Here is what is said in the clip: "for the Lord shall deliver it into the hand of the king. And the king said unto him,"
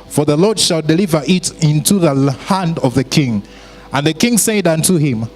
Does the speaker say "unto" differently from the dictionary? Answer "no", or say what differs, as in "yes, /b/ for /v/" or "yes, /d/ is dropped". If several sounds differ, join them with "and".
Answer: no